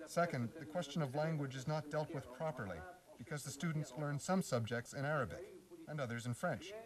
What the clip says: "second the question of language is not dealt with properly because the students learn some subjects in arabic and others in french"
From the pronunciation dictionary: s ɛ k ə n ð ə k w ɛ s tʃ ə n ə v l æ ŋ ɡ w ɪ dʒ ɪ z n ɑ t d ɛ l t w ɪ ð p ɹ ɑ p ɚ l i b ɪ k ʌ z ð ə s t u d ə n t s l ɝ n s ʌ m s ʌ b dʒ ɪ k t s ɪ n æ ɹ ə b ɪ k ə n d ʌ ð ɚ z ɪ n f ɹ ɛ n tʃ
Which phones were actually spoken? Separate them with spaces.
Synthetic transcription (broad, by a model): s ɛ k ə n ð ə k w ɛ s tʃ ə n ə v l æ ŋ ɡ w ɪ dʒ ɪ z n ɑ t d ɛ l t w ɪ ð p ɹ ɑ p ɚ l i b ɪ k ʌ z ð ə s t u d n t s l ɝ n s ʌ m s ʌ b dʒ ɪ k t s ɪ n æ ɹ ə b ɪ k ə n ʌ ð ɚ z ɪ n f ɹ ɛ n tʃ